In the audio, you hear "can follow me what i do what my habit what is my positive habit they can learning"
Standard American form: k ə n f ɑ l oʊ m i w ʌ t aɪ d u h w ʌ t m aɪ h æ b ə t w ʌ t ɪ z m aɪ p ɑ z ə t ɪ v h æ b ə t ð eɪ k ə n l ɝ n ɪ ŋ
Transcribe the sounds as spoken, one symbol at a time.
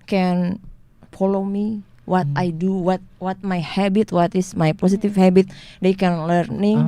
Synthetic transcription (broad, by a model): k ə n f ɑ l oʊ m i w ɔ t aɪ d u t w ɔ t m aɪ h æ b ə t w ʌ t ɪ s m aɪ p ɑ s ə t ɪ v h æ b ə t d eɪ k ə n l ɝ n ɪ